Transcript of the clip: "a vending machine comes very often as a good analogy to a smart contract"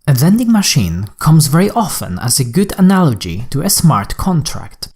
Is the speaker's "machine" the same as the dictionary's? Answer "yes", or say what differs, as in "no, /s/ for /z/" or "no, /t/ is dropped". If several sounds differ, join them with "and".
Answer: yes